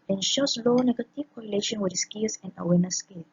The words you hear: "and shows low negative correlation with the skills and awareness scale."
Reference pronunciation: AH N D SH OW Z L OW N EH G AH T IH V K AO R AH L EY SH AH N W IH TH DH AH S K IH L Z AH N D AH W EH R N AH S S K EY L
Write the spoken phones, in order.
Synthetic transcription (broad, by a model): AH N SH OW S L OW N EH G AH T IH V K AO R AH L EY SH AH N W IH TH S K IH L S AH N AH W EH N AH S S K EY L